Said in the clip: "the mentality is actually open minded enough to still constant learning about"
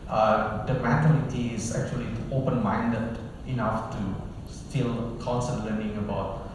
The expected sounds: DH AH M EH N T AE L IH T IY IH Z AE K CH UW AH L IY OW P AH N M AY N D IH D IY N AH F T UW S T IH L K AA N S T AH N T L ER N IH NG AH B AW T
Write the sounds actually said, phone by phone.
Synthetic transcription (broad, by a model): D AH M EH T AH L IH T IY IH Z AE K CH UW AH L IY OW P AH N M AY N D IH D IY N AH F T UW S T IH L K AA N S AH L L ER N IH NG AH B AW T